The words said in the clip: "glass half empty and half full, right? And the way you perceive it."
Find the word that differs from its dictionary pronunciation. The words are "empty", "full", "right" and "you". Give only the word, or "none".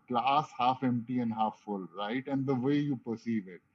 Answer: none